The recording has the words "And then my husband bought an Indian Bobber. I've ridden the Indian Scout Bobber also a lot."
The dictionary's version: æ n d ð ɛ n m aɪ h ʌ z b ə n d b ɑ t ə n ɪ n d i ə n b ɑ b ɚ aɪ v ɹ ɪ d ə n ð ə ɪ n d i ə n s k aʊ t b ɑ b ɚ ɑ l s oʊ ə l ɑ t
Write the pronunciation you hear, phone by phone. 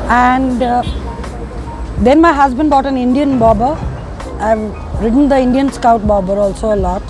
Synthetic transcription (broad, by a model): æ n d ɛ n m aɪ h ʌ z b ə n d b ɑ t ə n ɪ n d i ə n b ɑ b ɚ aɪ v ɹ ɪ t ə n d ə ɪ n d i ə n s k aʊ t b ɑ b ɚ ɑ l s oʊ ə l ɑ t